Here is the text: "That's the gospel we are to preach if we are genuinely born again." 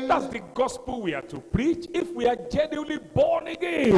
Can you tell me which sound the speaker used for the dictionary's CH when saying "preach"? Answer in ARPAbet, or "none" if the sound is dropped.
CH